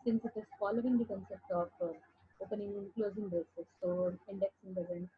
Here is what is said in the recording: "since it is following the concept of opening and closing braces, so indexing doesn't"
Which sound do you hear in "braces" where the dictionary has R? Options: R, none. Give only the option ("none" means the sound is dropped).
none